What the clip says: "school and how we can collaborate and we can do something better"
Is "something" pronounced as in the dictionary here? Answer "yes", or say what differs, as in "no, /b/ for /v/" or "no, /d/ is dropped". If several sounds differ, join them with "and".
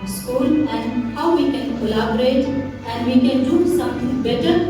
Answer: no, /t/ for /θ/